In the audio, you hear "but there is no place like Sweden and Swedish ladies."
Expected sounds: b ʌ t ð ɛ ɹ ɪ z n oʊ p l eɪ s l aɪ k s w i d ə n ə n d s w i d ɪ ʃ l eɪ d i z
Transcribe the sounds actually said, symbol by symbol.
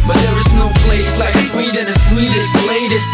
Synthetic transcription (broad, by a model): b ʌ t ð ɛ ɹ ɪ z n oʊ p l eɪ s l aɪ k s w i d ə n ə s w i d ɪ s l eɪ d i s